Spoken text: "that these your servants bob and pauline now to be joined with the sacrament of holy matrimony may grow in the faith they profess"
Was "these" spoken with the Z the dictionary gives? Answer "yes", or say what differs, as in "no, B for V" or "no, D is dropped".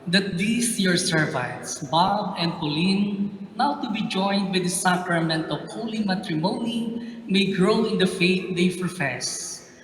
no, S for Z